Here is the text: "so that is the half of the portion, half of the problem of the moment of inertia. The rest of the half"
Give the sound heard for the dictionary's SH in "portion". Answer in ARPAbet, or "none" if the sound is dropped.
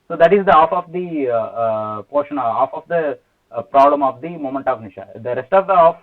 SH